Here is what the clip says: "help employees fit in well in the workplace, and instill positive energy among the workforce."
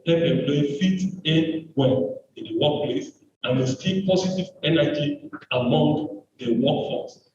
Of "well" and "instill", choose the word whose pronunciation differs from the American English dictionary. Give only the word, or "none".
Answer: instill